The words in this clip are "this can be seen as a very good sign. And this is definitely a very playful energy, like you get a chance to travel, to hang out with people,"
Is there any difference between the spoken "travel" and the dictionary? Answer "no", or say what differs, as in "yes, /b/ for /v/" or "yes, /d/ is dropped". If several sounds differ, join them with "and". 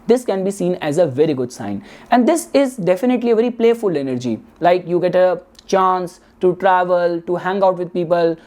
no